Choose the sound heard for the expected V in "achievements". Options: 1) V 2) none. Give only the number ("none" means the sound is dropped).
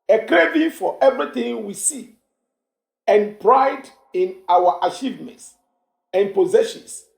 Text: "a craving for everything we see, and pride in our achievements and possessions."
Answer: 1